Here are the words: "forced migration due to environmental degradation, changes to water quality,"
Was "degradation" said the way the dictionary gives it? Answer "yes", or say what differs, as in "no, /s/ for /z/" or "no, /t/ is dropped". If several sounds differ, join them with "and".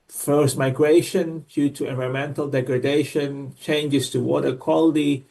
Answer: yes